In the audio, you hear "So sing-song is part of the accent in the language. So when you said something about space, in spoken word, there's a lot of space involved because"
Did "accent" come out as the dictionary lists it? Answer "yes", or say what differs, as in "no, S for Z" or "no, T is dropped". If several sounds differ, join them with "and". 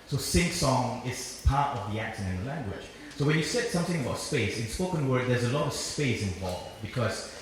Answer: no, SH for S and T is dropped